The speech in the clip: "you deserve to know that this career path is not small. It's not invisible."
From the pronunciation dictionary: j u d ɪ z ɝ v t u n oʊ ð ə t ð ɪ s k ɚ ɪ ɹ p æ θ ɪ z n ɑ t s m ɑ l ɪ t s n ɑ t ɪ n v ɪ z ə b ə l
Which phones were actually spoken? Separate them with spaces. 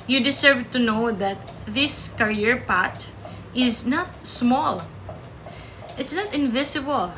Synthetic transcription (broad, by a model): j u d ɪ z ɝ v t u n oʊ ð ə t ð ɪ s k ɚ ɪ ɹ p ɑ t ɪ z n ɑ t s m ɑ l ɪ t s n ɑ t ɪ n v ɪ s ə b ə l